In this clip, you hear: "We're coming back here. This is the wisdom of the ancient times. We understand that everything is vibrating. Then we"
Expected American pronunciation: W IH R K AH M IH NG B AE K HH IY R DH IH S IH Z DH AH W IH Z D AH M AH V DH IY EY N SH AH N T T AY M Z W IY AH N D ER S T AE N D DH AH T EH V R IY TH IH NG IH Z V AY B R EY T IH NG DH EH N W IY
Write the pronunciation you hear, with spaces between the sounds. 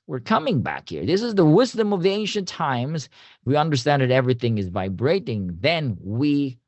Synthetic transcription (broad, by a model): W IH R K AH M IH NG B AE K HH IY R DH IH S IH Z DH AH W IH Z D AH M AH V DH IY EY N SH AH N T T AY M Z W IY AH N D ER S T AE N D DH AH T EH V R IY TH IH NG IH Z V AY B R EY T IH NG DH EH N W IY